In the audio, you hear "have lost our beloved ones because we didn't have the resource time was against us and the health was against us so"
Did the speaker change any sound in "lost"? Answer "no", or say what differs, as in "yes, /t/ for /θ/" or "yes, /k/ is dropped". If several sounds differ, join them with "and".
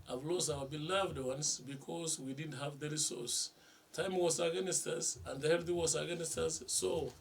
yes, /t/ is dropped